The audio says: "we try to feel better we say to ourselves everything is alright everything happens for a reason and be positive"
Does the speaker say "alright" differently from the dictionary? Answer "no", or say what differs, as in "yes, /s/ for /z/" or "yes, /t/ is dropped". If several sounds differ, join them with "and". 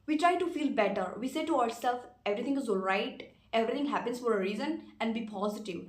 no